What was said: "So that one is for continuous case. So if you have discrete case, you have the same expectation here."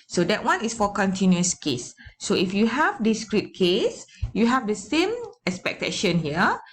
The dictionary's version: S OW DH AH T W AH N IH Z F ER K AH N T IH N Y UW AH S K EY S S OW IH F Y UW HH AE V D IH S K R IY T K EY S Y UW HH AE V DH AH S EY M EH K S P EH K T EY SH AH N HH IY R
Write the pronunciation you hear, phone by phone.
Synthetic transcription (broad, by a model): S OW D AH T W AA N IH S F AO K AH N T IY N Y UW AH S K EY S S OW IH F Y UW HH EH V D IH S K R IY T K EY S Y UW HH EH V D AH S EY M EH K S P EH K T EY SH AH N HH IY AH